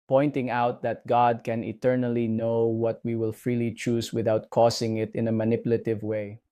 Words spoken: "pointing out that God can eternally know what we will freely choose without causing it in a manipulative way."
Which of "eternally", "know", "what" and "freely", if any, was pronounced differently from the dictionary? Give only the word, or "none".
none